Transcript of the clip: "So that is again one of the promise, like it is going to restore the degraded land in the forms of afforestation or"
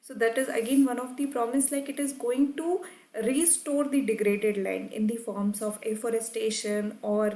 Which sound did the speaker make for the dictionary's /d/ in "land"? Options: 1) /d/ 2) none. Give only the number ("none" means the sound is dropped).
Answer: 2